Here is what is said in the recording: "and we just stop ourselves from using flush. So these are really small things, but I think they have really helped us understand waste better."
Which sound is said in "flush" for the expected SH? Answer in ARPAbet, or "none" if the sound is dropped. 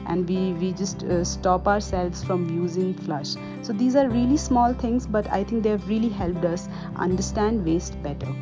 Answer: SH